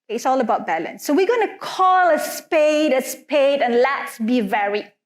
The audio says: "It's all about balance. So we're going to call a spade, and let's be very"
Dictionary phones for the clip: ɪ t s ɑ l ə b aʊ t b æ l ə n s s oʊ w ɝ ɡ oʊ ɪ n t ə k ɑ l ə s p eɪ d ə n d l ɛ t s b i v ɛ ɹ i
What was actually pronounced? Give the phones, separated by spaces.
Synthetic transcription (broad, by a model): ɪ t s ɑ l ə b aʊ t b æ l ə n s s oʊ w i ɡ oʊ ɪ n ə k ɑ l ə s p eɪ d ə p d l ɛ t s b i v ɛ ɹ i